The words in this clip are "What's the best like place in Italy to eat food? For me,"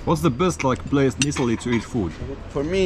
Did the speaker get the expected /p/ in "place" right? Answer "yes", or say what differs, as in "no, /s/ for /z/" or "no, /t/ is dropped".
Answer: no, /b/ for /p/